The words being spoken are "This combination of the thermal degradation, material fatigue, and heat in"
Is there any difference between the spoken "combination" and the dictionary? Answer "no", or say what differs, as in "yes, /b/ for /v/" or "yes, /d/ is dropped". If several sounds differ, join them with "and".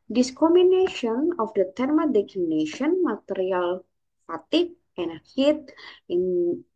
yes, /b/ is dropped